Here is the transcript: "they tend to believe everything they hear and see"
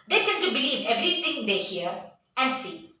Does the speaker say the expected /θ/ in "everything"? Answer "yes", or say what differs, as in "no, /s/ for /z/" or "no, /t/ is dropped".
no, /t/ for /θ/